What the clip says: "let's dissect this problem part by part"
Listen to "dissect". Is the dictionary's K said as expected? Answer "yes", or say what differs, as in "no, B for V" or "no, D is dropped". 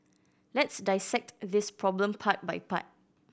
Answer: yes